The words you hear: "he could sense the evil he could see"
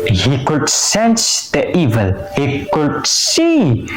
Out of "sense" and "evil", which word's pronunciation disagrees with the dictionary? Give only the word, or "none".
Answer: none